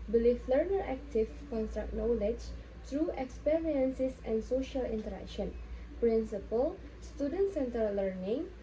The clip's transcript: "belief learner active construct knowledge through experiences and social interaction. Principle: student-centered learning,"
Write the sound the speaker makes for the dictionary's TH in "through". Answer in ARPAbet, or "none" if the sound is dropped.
T